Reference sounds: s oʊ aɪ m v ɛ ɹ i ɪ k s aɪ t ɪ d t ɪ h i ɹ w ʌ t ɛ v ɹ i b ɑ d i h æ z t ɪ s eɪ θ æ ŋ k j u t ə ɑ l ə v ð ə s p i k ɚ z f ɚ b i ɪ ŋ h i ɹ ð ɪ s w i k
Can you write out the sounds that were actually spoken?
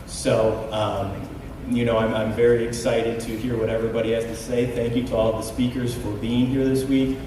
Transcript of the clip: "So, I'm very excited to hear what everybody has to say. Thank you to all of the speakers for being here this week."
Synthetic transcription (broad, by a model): s oʊ aɪ m v ɛ ɹ i ɪ k s aɪ t ɪ d t ɪ h i ɹ w ʌ t ɛ v ɹ i b ɑ d i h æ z t ɪ s eɪ θ æ ŋ k j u t ə ɑ l ə v ð ə s p i k ɚ z f ɚ b i ɪ ŋ h i ɹ ð ɪ s w i k